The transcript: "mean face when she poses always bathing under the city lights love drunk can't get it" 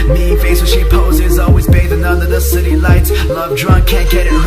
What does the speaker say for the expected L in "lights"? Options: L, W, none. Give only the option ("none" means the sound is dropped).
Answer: L